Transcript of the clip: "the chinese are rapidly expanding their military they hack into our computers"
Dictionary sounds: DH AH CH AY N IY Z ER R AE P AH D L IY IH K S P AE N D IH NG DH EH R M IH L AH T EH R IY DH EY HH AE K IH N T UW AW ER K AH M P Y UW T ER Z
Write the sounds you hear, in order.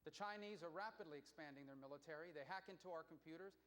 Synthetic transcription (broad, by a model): DH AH CH AY N IY Z ER R AE P AH D L IY IH K S P AE N D IH NG DH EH R M IH L AH T EH R IY DH EY HH AE K IH N T UW AW ER K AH M P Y UW T ER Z